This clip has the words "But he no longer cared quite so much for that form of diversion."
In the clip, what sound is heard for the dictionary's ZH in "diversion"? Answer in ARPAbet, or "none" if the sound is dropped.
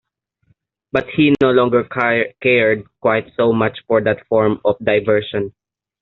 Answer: SH